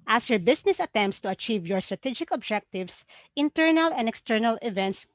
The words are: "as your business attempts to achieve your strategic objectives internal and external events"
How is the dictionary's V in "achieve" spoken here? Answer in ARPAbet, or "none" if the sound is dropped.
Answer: V